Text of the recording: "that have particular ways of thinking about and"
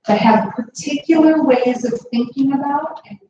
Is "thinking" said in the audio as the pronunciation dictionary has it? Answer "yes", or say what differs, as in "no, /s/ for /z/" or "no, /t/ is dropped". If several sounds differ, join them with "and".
yes